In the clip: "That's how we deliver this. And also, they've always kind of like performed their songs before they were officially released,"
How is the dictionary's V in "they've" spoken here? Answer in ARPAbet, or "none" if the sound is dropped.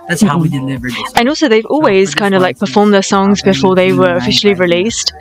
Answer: V